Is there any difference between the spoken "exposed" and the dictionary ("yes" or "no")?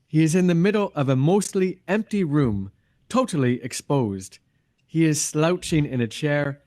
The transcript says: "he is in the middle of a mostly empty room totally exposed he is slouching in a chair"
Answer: no